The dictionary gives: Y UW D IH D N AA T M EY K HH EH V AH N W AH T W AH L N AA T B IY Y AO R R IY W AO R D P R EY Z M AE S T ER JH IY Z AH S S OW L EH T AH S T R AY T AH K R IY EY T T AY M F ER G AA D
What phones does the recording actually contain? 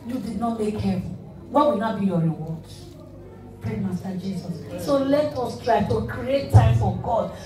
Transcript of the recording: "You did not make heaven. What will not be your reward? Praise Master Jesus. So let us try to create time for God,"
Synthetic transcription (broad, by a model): Y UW D IH D N AA T M EY K HH EH V AH N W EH W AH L N AA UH B IY Y AO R R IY W AO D P R EY M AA S T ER JH IY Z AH S S OW L EH T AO S T R AY T AH K R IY EY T T AY M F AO G AA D